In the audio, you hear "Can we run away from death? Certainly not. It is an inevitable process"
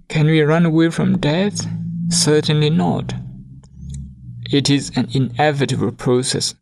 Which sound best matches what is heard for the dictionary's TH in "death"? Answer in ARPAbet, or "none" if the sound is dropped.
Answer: TH